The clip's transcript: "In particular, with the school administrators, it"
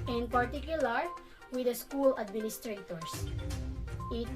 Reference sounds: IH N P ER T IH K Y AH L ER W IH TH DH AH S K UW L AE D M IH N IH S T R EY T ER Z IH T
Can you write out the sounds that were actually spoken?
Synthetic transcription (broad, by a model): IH N P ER T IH K Y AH L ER W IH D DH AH S K UW L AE D M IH N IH S T R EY T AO S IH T